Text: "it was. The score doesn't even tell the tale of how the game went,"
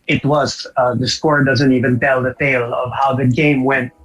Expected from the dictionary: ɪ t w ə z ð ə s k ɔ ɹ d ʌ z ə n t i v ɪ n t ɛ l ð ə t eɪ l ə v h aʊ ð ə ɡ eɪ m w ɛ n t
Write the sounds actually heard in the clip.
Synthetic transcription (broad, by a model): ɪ t w ə z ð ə s k ɔ ɹ d ʌ z ə n t i v ɪ n t ɛ l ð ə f eɪ l ə v h aʊ ð ə ɡ eɪ m w ɛ n t